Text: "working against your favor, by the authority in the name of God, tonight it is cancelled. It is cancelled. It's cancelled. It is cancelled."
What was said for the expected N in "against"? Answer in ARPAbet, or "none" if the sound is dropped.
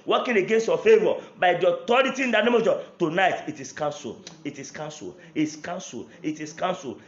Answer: N